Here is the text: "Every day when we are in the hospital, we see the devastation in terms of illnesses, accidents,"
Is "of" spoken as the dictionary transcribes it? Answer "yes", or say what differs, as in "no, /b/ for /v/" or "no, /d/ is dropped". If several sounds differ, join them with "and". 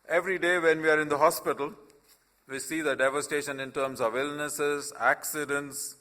yes